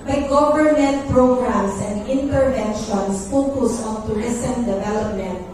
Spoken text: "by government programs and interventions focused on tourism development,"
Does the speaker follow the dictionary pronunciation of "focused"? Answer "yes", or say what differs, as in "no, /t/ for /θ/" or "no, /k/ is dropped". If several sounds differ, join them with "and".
no, /t/ is dropped